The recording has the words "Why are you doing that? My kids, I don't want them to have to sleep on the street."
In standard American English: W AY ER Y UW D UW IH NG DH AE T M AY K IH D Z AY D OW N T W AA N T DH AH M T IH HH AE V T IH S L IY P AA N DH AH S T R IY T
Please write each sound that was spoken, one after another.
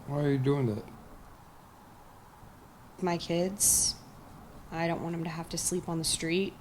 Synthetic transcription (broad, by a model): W AY ER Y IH D UW IH NG DH AE T M AY K IH D Z AY D OW N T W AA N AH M T IH HH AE F T IH S L IY P N DH AH S T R IY T